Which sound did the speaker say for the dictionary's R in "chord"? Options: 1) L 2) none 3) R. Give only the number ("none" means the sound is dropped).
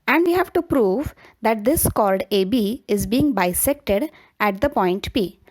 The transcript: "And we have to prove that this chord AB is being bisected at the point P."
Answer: 1